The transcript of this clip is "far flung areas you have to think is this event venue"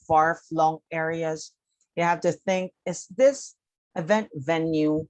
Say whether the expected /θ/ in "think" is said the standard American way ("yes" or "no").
yes